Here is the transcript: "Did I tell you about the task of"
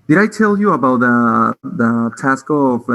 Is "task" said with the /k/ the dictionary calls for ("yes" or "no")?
yes